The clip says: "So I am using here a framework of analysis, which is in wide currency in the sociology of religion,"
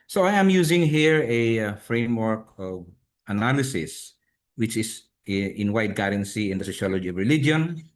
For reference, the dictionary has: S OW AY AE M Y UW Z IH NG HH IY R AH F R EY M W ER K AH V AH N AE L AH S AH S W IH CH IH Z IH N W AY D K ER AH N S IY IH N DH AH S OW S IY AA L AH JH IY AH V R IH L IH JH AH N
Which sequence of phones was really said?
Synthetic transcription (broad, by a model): S OW AY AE M Y UW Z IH NG HH IY R AH F R EY M W ER K AH V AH N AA L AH S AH S W IH CH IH S IH N W AY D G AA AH N S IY IH N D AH S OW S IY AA L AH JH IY AH V R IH L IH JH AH N